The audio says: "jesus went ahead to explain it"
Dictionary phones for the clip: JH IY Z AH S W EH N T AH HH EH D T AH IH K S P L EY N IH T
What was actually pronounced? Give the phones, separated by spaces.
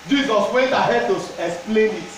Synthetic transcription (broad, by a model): JH IY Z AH S W EH N T AH HH EH D T AH IH K S P L EY N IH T